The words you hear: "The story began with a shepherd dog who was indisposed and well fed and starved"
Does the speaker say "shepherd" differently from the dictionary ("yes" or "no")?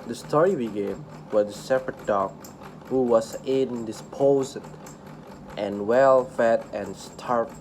yes